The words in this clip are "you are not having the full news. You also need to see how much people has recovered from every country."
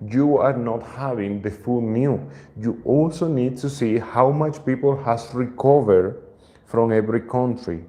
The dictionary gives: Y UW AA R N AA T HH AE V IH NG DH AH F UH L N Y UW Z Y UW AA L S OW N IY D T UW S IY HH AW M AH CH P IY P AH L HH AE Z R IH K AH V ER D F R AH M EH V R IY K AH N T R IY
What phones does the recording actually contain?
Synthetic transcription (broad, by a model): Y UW AA R N AA T HH AE V IH NG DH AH F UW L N Y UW Y UW AA L S OW N IY D T UW S IY HH AW M AH CH P IY P AH L HH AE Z R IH K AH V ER D F R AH M EH V R IY K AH N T R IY